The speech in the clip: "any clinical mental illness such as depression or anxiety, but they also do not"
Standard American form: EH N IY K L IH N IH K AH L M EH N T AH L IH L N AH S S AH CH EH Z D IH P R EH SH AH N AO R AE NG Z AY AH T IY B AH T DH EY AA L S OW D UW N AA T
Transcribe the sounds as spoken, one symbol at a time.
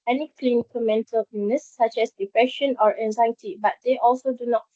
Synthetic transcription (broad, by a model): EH N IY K L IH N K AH M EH N T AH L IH N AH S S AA CH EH S D IH P R EH SH AH N AO R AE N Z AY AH T IY B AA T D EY AA L S OW D UW N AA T